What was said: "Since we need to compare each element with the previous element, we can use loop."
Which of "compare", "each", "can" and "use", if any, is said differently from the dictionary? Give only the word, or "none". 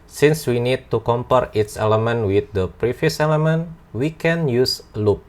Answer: each